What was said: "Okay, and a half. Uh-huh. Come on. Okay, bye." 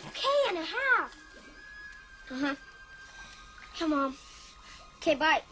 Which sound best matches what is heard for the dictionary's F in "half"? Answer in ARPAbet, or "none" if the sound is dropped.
none